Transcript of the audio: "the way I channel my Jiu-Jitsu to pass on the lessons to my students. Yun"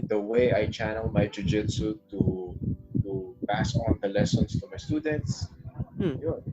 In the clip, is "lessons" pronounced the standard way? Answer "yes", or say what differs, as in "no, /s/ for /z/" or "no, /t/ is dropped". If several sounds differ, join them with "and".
no, /s/ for /z/